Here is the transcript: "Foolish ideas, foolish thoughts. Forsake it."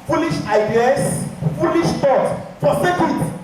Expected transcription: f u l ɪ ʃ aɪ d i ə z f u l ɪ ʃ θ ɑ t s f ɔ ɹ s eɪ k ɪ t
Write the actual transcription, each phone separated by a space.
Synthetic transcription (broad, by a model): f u l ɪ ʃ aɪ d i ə s f u l ɪ ʃ t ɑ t f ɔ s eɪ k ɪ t